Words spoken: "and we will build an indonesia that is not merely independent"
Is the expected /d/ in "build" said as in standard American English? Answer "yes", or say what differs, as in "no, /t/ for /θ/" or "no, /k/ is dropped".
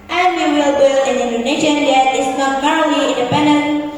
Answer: no, /d/ is dropped